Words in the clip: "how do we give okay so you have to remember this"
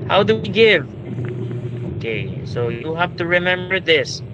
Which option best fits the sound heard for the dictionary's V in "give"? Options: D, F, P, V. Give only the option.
V